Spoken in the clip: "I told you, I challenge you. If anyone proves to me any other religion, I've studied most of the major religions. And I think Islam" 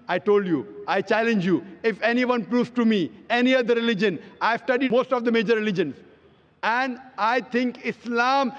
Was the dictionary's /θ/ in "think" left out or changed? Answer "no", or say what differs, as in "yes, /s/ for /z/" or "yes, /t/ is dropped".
yes, /t/ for /θ/